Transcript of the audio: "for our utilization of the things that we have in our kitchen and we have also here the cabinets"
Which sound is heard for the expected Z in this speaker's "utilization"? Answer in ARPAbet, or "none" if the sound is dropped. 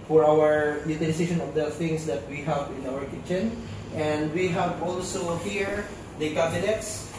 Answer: S